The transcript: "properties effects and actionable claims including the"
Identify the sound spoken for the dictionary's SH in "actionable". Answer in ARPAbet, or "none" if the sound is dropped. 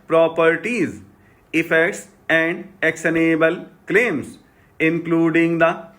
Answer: S